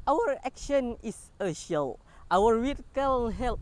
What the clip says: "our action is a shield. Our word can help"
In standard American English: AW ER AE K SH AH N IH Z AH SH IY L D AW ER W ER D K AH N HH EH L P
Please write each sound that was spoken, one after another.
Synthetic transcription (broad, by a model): AW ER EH K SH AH N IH S AH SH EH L AW ER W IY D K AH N HH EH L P